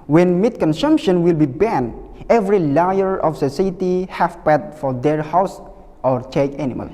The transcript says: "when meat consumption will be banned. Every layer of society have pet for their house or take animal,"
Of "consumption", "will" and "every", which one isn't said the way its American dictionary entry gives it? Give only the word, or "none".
none